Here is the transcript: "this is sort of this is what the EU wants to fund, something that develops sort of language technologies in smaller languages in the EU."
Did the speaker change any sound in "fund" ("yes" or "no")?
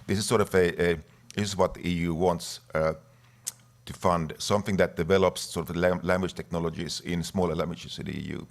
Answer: no